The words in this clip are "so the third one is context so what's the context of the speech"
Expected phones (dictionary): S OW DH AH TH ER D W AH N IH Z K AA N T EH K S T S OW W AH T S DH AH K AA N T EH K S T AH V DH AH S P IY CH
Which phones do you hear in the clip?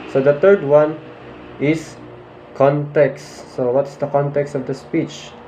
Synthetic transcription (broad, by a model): S OW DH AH T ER D W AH N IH S K AA N T EH K S T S OW W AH T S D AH K AA N T EH K S T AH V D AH S P IY CH